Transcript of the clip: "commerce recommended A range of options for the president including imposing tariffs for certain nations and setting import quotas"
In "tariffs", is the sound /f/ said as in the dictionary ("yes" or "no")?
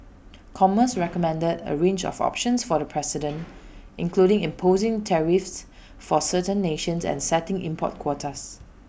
yes